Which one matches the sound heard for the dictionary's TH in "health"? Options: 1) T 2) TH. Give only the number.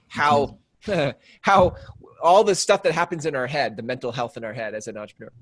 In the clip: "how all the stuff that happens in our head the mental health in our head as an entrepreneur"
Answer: 2